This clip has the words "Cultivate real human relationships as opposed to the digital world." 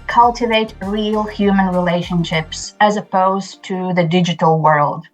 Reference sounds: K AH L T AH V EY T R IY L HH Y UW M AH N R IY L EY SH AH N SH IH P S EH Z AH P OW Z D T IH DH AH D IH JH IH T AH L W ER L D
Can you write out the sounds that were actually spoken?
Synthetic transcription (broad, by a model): K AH L T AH V EY T R IY L HH Y UW M AH N R IY L EY SH AH N SH IH P S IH Z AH P OW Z T IH DH AH D IH JH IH T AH L W ER L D